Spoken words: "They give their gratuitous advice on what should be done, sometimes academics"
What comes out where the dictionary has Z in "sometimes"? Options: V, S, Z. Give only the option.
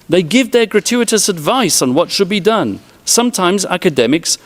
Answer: Z